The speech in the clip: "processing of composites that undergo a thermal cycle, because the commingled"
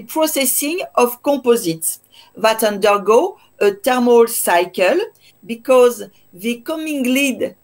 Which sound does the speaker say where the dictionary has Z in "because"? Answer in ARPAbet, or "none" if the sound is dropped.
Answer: Z